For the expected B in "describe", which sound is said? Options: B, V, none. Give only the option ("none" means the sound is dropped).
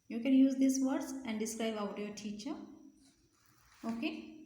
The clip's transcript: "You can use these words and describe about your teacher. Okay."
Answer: none